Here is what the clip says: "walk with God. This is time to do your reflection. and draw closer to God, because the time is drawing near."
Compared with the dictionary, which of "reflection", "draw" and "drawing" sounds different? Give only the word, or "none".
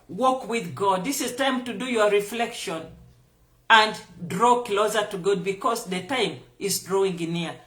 none